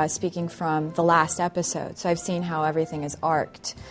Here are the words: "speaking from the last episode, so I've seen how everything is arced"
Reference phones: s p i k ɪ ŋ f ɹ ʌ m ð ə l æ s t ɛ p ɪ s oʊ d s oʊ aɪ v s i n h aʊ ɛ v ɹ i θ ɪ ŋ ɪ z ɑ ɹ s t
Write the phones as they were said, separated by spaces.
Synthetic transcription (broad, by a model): s p i k ɪ ŋ f ɹ ʌ m ð ə l æ s t ɛ p ɪ s oʊ d s oʊ aɪ v s i n h aʊ ɛ v ɹ i θ ɪ ŋ ɪ z ɑ ɹ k t